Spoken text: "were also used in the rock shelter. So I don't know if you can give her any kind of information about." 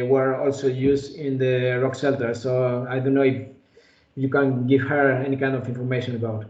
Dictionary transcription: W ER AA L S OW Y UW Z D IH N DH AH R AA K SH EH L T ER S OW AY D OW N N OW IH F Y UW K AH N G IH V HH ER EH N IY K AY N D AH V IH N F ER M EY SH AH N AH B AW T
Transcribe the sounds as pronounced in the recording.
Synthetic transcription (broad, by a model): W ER AA L S OW Y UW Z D IH N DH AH R AA K S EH L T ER S OW AY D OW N N OW IH F Y UW K AH N G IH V HH ER EH N IY K AY N D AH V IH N F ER M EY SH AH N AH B AW T